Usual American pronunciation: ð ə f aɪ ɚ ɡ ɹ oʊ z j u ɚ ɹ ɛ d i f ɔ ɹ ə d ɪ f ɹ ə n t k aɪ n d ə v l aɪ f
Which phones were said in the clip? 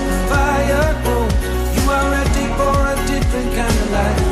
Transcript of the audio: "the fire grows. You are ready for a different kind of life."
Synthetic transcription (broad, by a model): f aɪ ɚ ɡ oʊ j u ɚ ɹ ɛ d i f ɔ ɹ ə d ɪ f ɹ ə n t k aɪ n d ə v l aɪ